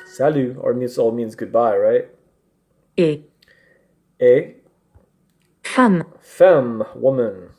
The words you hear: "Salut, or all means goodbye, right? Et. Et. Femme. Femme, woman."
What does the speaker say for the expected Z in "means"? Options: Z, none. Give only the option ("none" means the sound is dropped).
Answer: Z